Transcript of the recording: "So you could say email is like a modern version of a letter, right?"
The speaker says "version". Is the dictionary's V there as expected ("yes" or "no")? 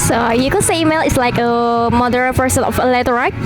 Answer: no